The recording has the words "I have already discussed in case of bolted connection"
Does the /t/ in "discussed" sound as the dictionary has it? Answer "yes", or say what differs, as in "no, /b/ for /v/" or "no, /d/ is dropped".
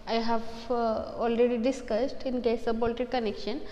yes